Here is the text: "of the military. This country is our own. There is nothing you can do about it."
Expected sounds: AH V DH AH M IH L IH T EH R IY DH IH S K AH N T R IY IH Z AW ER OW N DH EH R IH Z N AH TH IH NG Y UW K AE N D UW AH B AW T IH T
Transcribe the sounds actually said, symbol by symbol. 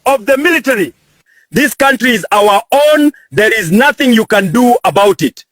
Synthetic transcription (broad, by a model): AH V DH AH M IH L IH T EH R IY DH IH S K AH N T R IY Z AW ER OW N DH EH R IH Z N AH TH IH NG Y UW K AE N D UW AH B AW T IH T